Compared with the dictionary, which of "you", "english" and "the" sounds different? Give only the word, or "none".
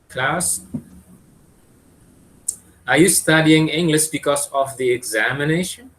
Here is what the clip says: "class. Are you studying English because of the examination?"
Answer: english